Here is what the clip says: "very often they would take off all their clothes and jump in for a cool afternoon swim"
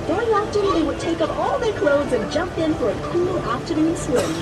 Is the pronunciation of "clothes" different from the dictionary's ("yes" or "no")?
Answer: no